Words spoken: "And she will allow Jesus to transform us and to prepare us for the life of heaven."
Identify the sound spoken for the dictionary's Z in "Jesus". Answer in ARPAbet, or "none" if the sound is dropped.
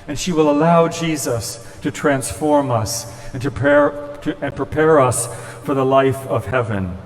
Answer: Z